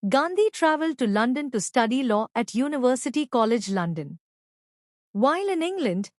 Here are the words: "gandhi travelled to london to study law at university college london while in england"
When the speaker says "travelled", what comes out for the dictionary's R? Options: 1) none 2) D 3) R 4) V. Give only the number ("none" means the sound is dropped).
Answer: 3